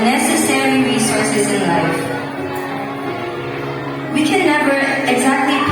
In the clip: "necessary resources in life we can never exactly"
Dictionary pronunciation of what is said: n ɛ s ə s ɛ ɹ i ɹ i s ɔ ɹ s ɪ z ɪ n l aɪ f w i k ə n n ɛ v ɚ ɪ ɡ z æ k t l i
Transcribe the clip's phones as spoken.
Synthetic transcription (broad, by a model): n ɛ s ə s ɛ ɹ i ɹ i s ɔ ɹ s ɪ z ɪ n l aɪ f w i k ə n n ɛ b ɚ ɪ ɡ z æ k t l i